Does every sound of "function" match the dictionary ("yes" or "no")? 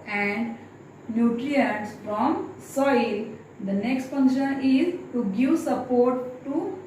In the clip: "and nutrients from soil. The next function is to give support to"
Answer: no